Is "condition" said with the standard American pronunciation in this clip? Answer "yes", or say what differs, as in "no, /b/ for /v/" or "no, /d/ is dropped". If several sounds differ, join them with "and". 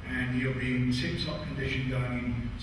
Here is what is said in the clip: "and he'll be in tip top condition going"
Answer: yes